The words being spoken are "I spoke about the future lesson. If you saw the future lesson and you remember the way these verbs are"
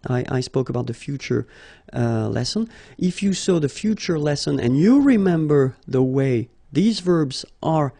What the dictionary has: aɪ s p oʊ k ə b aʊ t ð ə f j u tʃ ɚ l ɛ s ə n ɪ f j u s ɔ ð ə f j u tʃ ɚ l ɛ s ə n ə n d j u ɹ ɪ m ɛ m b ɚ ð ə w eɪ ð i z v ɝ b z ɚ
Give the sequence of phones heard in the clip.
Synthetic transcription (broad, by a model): aɪ s p oʊ k ə b aʊ t ð ə f j u tʃ ɚ l ɛ s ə n ɪ f j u s ɔ ð ə f j u tʃ ɚ l ɛ s ə n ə n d j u ɹ ɪ m ɛ m b ɚ ð ə w eɪ ð i z v ɝ b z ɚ